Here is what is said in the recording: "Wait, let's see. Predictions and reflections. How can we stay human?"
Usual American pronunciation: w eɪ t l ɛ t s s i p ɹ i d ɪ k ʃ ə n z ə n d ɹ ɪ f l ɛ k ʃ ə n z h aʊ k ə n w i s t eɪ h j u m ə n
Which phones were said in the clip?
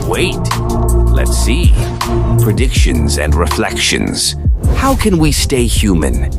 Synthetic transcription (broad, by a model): w eɪ t l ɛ t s s i p ɹ i d ɪ k ʃ ə n z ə n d ɹ ɪ f l ɛ k ʃ ə n z h aʊ k ə n w i s t eɪ h j u m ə n